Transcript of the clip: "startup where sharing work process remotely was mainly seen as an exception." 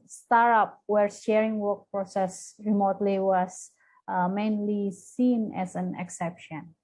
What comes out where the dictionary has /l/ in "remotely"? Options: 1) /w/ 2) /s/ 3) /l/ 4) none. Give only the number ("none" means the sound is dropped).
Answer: 3